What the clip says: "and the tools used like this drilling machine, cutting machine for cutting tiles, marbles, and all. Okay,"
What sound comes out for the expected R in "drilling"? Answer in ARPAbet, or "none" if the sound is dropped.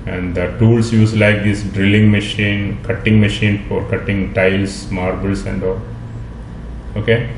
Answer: R